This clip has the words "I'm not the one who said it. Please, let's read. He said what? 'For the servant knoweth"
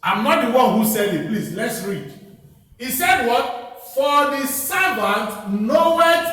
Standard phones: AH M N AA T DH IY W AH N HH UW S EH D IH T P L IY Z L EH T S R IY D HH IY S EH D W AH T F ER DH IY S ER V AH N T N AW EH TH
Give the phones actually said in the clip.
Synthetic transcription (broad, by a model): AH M N AA T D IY W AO N HH UW S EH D IH T P L IY S L EH T S R IY D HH IY S EH D W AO T F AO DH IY S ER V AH N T N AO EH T